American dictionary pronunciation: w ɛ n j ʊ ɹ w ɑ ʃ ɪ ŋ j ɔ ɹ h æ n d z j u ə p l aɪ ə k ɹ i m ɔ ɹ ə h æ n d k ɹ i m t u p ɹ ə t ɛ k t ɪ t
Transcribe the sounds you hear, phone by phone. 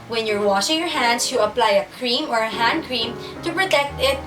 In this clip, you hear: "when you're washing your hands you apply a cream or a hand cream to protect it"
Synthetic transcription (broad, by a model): w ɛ n j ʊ ɹ w ɑ ʃ ɪ ŋ j ɔ ɹ h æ n d s j u ə p l aɪ ə k ɹ i m ɔ ɹ ə h æ n d k ɹ i m t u p ɹ ə t ɛ k t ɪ t